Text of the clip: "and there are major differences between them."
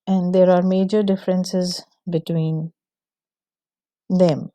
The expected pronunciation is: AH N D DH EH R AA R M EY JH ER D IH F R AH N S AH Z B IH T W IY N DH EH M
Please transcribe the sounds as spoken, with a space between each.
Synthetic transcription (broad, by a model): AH N D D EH R AA R M EY JH ER D IH F R AH N S AH Z B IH T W IY N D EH M